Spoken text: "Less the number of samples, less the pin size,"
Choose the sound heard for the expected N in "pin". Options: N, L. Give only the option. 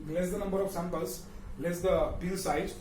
L